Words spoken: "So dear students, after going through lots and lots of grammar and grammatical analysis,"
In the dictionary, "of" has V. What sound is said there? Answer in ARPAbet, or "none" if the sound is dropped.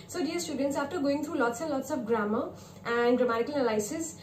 P